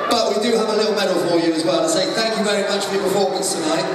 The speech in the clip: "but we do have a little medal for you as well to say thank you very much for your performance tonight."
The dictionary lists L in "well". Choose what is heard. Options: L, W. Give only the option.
L